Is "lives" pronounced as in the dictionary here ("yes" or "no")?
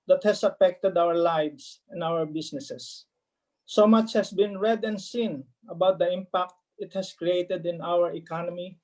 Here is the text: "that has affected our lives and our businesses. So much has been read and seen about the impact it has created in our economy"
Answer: no